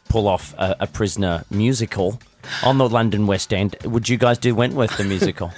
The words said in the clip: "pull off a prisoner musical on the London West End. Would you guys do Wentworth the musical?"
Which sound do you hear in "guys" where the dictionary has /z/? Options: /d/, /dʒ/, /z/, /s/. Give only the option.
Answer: /z/